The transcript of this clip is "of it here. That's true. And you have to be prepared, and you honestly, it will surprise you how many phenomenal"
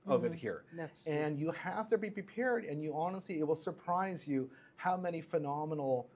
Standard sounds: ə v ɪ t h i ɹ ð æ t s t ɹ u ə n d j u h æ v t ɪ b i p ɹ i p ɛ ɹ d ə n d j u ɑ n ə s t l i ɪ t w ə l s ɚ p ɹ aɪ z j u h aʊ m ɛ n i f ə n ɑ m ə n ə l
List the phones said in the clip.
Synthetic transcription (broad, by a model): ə v ɪ t h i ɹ ɹ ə n j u h æ f t ɪ b i p ɹ i p ɛ ɹ d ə n j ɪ ɑ n ə s t l i ɪ t w ə l s ɚ p ɹ aɪ z j u h aʊ m ɛ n i f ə n ɑ m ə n l